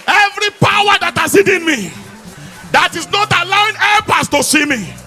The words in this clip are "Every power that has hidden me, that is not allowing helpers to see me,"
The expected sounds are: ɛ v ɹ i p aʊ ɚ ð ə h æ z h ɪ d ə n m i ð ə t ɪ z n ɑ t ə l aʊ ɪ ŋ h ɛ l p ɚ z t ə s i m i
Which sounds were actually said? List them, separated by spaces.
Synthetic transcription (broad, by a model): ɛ v ɹ i p aʊ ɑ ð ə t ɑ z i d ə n m i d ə t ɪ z n ɑ t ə l aʊ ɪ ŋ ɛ p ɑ s t ə s i m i